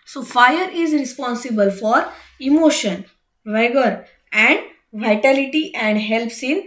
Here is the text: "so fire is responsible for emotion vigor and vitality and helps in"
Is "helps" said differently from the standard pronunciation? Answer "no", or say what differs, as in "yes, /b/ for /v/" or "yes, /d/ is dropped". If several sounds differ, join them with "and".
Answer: no